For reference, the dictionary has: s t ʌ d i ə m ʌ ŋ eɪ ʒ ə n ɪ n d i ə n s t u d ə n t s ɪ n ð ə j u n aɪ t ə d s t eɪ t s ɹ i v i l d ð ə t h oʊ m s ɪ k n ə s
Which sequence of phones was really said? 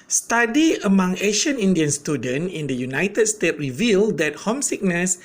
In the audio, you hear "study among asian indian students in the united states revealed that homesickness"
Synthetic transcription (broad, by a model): s t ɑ d i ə m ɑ ŋ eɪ ʃ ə n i n d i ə n s t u d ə n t ɪ n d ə j u n aɪ t ə d s t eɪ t ɹ i v i l d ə t h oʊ m s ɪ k n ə s